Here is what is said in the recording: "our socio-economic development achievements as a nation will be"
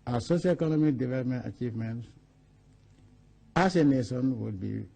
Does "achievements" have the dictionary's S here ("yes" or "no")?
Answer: no